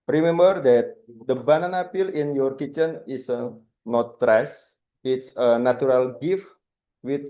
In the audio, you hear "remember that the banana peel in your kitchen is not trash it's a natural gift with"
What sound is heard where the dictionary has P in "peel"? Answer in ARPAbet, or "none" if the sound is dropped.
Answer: P